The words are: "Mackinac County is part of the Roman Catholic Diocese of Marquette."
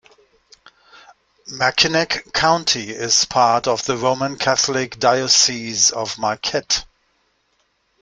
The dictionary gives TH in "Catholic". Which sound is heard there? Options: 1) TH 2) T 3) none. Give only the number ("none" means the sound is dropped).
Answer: 1